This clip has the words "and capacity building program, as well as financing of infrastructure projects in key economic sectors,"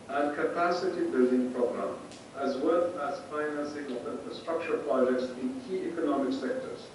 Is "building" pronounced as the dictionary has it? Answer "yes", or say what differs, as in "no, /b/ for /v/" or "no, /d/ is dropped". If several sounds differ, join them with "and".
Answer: yes